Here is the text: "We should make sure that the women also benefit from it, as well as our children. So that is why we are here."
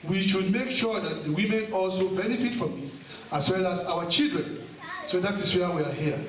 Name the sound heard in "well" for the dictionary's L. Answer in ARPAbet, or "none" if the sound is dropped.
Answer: L